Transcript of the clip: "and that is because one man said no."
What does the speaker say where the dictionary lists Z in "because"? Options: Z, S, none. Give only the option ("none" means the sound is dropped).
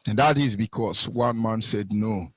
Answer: S